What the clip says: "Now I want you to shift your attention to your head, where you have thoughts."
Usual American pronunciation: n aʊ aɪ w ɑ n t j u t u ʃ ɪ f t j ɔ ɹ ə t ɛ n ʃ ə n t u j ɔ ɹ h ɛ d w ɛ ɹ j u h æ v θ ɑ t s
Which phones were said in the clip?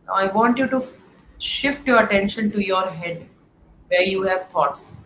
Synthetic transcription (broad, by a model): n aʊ aɪ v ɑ n t j u t u ʃ ɪ f t j ɔ ɹ ə t ɛ n ʃ ə n t u j ɔ ɹ h ɛ d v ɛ ɹ j u h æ v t ɑ t s